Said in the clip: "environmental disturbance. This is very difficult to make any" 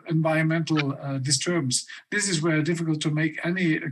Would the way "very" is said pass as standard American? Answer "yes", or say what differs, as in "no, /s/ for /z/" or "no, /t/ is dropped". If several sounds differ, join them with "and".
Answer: no, /w/ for /v/